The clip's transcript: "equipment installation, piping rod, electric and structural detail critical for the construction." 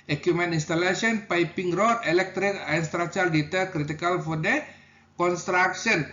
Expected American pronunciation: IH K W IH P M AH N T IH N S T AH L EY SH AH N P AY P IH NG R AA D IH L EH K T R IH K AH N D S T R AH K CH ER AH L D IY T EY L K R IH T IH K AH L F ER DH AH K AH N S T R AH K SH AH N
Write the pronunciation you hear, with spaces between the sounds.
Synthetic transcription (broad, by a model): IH K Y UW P M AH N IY N S T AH L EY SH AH N P AY P IH NG R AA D IH L EH K T R IH K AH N S T R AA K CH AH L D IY T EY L K R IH T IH K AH L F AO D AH K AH N S T R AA K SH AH N